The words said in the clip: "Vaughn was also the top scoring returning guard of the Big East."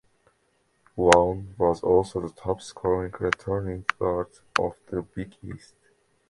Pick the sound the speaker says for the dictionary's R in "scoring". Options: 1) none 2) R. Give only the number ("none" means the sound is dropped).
1